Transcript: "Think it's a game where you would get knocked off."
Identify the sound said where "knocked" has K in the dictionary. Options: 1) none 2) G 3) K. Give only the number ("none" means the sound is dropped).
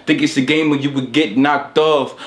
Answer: 3